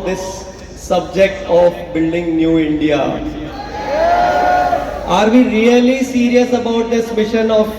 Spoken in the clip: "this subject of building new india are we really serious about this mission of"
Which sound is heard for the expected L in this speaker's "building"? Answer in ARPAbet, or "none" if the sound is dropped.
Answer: L